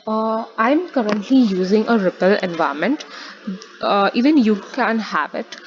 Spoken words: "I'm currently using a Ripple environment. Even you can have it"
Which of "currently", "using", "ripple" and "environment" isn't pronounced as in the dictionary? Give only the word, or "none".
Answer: environment